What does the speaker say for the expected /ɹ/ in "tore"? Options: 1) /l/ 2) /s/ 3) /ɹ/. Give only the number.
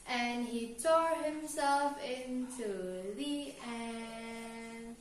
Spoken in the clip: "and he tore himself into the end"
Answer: 3